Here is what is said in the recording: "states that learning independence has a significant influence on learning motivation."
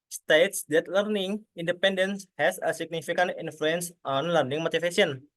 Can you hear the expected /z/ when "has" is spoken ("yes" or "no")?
no